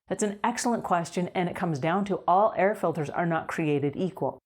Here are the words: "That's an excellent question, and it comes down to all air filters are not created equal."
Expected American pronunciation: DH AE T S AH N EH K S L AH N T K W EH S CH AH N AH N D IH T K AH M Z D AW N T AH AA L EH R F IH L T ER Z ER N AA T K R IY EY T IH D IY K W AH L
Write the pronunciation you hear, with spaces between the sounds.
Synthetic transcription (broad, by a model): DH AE T S N EH K S L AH N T K W EH S CH AH N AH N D IH T K AH M Z D AW N T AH AA L EH R F IH L T ER Z ER N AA T K R IY EY T IH D IY K W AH L